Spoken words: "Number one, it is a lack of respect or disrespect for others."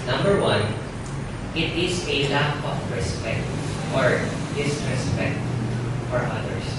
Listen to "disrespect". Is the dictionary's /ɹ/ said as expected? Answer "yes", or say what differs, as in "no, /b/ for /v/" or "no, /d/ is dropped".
yes